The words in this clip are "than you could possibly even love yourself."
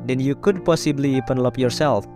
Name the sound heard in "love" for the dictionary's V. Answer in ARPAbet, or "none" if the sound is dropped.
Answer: P